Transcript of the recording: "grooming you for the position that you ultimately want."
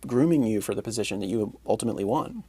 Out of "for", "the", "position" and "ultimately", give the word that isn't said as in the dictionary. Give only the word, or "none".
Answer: none